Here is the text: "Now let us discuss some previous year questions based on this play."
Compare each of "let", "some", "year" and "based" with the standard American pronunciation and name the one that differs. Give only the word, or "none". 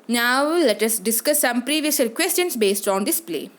year